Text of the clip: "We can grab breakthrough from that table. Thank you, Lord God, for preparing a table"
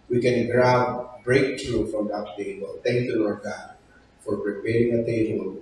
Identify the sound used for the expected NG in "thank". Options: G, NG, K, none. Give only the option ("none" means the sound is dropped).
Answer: NG